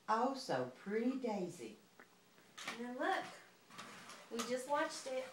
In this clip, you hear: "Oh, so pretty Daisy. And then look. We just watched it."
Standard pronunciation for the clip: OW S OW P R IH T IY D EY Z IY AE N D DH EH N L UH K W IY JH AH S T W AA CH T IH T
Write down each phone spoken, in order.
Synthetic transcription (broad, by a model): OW S OW P R IH T IY D EY Z IY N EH L UH K W IY JH AH S T W AA CH T IH T